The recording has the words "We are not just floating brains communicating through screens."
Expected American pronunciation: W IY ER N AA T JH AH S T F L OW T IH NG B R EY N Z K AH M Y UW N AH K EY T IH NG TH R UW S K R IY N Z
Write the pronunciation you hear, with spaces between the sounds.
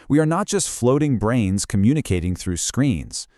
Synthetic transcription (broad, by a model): W IY ER N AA T JH AH S T F L OW T IH NG B R EY N Z K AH M Y UW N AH K EY T IH NG TH R UW S K R IY N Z